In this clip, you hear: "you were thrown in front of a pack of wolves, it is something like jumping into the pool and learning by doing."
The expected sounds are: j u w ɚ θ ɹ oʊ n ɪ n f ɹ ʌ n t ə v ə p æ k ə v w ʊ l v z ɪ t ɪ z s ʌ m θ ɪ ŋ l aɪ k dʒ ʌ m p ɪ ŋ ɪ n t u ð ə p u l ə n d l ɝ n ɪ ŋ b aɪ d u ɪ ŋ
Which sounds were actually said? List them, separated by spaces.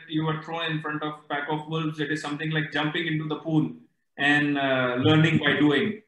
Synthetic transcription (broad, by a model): j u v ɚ t ɹ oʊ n ɪ n f ɹ ʌ n t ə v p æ k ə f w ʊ l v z ɪ t ɪ z s ʌ m t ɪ ŋ l aɪ k dʒ ʌ m p ɪ ŋ ɪ n t u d ə p u l ə n d l ɝ n ɪ ŋ b aɪ d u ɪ ŋ